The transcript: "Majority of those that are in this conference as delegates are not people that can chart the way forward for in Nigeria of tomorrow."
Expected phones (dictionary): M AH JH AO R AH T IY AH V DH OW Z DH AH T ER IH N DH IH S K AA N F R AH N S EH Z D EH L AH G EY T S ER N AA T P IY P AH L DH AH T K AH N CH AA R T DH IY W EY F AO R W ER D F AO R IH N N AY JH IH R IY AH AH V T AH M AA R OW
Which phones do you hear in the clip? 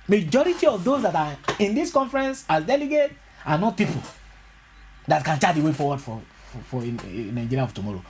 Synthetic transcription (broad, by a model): M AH JH AO R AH T IY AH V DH OW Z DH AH T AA IH N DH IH S K AA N F R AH N S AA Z D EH L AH G EY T AA N AA T P IY P AH L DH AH T K AH N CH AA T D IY W EY F AO W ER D F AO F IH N N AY JH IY R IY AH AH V T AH M AA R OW